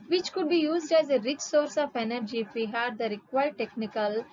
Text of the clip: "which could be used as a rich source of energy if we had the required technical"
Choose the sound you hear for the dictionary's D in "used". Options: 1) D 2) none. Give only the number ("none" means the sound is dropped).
1